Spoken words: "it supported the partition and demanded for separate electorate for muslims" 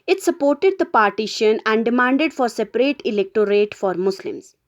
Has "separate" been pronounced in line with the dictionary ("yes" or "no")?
yes